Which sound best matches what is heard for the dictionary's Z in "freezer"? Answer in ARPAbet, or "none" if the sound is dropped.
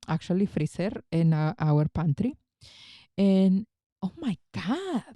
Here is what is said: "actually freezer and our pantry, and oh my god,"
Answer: S